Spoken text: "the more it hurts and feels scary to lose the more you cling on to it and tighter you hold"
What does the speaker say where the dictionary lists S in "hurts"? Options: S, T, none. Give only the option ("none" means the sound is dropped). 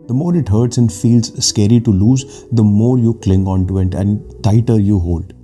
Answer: S